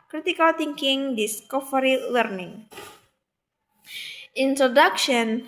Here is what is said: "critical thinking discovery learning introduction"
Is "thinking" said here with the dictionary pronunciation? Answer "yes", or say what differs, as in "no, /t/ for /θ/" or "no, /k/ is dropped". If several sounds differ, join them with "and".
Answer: no, /t/ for /θ/